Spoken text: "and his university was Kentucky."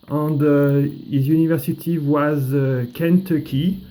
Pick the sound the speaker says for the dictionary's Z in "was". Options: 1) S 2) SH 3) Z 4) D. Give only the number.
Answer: 3